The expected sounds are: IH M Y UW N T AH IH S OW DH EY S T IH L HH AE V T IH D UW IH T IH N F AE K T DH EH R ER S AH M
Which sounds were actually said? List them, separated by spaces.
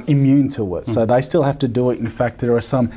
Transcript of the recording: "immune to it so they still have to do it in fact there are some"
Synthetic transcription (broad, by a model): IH M Y UW N T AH IH S OW DH EY S T IH L HH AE F T IH D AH IH T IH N F AE K T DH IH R ER S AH M